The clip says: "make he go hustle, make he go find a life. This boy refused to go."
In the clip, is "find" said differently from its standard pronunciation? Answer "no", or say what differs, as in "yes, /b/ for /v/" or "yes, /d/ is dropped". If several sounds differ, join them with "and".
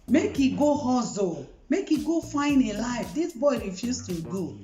yes, /d/ is dropped